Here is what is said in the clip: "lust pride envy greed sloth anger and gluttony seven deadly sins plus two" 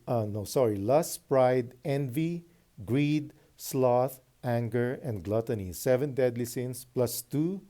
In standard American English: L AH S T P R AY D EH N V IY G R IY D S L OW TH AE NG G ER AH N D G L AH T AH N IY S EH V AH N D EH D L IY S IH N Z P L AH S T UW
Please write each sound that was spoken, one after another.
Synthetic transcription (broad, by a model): L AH S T P R AY D EH N V IY G R IY D S L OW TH AE NG G ER AH N D G L AH T AH N IY S EH V AH N D EH D L IY S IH N S P L AH S T UW